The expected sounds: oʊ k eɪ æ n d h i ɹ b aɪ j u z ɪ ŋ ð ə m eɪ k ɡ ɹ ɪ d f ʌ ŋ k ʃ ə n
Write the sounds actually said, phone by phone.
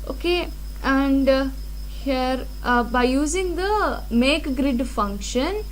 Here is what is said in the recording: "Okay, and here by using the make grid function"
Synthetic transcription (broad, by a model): oʊ k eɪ æ n d h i ɹ b aɪ j u z ɪ ŋ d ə m eɪ k ɡ ɹ ɪ d f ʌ ŋ k ʃ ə n